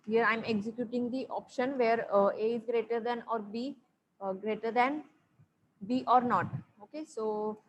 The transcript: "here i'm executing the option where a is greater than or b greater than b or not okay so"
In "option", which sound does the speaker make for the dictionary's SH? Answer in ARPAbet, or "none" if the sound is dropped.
SH